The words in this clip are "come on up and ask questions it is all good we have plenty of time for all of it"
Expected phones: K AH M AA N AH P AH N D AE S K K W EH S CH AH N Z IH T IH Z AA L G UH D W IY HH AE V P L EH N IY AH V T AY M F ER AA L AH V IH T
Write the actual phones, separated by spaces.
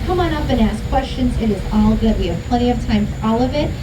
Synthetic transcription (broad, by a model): K AH M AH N AH P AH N AE S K K W EH S CH AH N Z IH T IH Z AA L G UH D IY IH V P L EH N IY AH V T AY M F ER AA L AH V IH T